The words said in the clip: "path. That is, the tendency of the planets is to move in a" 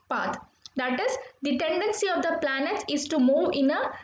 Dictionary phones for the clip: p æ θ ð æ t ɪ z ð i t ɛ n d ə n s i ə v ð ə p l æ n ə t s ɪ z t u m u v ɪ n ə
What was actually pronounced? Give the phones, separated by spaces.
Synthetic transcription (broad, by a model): p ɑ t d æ t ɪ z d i t ɛ n d ə n s i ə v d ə p l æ n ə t ɪ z t u m u v ɪ n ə